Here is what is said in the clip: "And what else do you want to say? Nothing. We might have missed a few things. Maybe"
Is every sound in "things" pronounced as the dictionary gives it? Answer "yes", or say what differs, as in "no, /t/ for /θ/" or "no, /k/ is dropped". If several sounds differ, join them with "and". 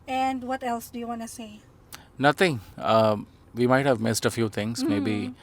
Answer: no, /t/ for /θ/